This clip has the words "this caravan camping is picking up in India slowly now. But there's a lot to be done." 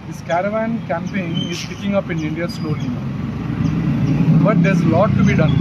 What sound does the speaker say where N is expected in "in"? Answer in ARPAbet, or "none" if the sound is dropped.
N